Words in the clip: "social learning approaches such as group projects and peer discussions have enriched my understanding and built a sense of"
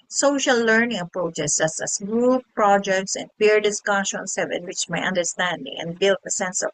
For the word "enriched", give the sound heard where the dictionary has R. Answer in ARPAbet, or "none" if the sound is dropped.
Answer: W